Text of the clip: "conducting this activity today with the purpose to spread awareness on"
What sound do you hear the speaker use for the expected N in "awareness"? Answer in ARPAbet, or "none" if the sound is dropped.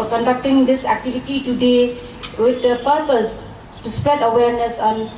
N